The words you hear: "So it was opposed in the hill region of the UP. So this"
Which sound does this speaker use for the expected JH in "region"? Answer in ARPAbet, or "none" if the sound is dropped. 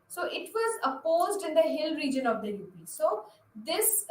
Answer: JH